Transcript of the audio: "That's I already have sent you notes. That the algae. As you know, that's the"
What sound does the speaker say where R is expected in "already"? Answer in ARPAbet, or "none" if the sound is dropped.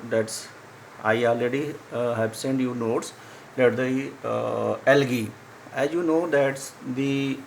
none